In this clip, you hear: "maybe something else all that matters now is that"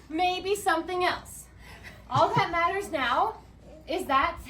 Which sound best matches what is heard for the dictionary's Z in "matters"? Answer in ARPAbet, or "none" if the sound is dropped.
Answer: Z